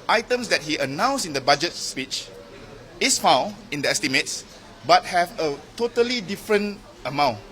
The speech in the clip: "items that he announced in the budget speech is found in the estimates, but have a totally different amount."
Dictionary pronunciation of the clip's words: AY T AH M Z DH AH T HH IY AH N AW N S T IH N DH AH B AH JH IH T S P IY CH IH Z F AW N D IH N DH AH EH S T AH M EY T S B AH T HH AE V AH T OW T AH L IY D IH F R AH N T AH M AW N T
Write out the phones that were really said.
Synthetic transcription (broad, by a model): AY T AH M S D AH T HH IY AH N AW N S IH N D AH B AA JH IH T S P IY CH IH S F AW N IH N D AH EH S T AH M EY T S B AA T HH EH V AH T OW T AH L IY D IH F R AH N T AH M AW N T